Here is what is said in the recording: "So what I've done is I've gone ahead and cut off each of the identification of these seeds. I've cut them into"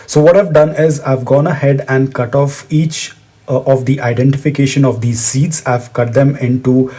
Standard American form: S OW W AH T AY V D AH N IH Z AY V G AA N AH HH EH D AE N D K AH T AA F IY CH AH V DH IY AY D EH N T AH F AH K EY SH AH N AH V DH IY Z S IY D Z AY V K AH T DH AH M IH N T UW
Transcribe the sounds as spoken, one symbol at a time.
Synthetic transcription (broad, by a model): S OW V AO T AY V D AH N IH Z AY V G AA N AH HH EH D AE N D K AH T AA F IY CH AH V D IY AY D EH N T AH F AH K EY SH AH N AH V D IY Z S IY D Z AY V K AH T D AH M IH N T UW